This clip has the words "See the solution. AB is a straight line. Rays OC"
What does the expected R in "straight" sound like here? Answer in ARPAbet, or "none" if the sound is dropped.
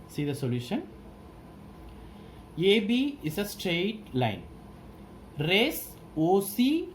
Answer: R